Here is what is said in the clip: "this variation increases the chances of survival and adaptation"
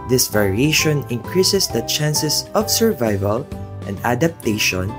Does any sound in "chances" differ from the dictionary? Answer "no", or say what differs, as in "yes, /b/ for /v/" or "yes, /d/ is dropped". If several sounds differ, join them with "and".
yes, /s/ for /z/